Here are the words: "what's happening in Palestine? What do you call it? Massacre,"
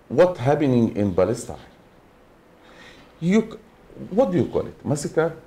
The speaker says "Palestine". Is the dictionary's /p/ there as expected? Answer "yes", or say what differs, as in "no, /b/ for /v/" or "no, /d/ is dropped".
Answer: no, /b/ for /p/